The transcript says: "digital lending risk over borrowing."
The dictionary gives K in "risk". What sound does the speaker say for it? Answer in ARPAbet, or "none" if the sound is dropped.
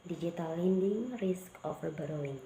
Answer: K